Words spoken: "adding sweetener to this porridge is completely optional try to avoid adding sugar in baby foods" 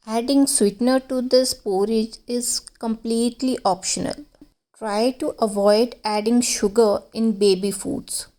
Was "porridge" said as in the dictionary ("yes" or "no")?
yes